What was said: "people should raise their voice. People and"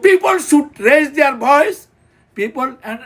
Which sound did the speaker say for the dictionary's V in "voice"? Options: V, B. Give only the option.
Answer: B